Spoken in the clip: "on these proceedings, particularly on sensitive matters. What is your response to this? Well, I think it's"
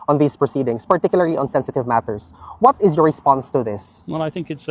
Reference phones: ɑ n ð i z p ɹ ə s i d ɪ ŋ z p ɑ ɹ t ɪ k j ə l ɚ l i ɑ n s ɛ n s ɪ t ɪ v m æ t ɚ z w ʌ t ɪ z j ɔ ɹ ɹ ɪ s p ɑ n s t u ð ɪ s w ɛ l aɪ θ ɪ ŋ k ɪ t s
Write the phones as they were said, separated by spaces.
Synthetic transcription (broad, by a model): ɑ n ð i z p ɹ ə s i d ɪ ŋ s p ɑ ɹ t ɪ k j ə l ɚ l i ɑ n s ɛ n s ɪ t ɪ v m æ t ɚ s w ʌ t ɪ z j ɔ ɹ ɹ ɪ s p ɑ n s t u ð ɪ s w ɛ l aɪ θ ɪ ŋ k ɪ t s